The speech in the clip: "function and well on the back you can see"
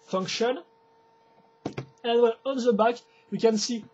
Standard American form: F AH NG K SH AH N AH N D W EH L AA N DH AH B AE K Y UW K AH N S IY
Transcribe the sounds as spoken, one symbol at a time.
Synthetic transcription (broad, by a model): F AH NG K SH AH N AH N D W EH N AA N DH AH B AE K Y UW K AH N S IY